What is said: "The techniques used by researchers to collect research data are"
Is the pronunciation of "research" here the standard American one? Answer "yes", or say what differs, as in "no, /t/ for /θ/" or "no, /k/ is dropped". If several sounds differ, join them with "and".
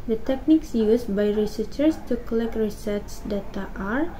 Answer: no, /s/ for /tʃ/